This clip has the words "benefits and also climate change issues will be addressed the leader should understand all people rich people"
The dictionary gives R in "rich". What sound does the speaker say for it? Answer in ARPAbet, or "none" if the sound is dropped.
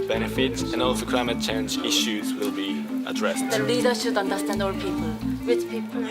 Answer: W